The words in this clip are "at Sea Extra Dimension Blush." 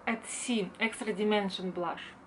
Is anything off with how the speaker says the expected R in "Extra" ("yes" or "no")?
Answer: no